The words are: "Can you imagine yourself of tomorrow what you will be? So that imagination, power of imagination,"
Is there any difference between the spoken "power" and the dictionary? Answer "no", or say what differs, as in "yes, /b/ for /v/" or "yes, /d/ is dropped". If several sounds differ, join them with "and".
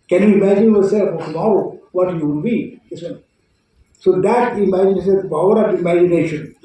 yes, /b/ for /p/